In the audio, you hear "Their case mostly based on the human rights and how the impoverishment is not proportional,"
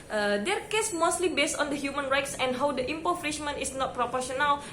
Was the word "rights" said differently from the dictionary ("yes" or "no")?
no